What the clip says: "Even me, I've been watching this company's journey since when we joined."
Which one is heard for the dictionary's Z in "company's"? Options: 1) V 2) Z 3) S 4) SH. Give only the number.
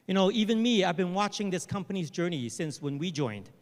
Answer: 2